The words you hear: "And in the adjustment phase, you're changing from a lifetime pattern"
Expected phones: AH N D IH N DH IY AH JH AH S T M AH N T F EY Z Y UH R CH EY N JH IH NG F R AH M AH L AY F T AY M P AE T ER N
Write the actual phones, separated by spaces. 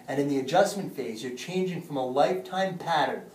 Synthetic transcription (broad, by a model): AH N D IH N DH IY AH JH AH S M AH N T F EY Z Y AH R CH EY N JH IH NG F R AH M AH L AY F T AY M P AE T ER N